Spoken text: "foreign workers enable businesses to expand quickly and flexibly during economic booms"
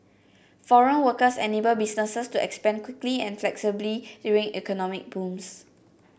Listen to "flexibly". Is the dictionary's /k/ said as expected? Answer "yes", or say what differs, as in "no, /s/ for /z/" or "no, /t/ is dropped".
yes